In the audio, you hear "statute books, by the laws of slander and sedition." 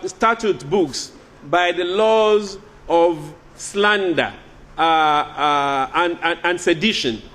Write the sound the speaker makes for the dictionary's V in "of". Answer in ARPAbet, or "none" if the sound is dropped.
V